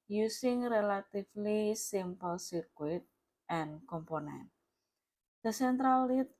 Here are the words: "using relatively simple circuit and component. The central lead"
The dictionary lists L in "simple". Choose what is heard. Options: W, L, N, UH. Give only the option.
L